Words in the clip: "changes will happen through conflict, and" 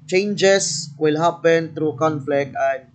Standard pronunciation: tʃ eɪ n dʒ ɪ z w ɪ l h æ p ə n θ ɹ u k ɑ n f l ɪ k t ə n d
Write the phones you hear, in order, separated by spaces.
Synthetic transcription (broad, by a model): tʃ eɪ n dʒ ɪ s w ɪ l h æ p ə n t ɹ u k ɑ n f l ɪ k ə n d